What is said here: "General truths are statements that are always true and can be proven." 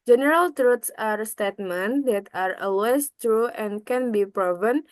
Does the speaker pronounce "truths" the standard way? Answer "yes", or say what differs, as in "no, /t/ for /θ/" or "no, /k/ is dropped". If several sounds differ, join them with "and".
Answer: no, /t/ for /θ/